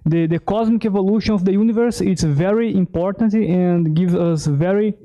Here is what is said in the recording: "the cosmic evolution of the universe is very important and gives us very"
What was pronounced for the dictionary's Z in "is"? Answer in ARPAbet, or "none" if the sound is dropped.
S